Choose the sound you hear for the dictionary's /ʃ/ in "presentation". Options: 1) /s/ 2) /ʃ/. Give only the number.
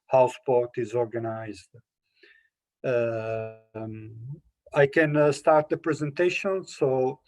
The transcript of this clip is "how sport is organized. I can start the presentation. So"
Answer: 2